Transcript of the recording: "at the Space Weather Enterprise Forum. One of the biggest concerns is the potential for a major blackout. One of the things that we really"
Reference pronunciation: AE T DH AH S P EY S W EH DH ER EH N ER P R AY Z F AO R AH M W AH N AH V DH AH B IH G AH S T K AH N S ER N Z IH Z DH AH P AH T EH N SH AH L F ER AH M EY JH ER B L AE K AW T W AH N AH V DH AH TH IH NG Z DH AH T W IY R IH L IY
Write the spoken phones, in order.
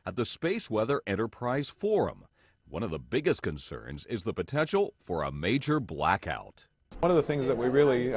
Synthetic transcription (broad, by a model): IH T DH AH S P EY S W EH DH ER EH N ER P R AY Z F AO R AH M W AH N AH V DH AH B IH G AH S T K AH N S ER N Z IH Z DH AH P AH T EH N SH L F ER AH M EY JH ER B L AE K AW T W AH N AH V DH AH TH IH NG Z DH AH T W IY R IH L IY